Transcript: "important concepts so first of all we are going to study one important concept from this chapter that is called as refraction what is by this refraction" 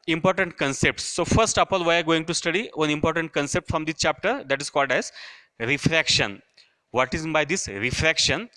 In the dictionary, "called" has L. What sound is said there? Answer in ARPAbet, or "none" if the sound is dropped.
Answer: L